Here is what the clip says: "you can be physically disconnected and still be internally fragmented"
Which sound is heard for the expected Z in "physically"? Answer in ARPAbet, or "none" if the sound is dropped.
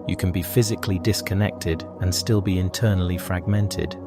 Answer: Z